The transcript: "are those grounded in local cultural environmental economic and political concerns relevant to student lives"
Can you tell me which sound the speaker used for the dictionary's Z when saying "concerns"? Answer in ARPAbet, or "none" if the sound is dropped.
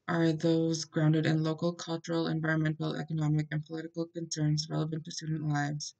Z